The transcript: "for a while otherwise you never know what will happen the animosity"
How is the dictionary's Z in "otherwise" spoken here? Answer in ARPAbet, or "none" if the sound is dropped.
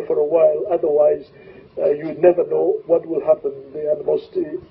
Z